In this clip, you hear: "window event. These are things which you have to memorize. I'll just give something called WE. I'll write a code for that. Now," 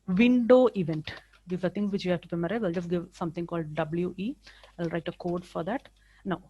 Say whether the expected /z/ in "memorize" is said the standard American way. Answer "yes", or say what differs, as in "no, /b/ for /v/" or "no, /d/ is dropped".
no, /z/ is dropped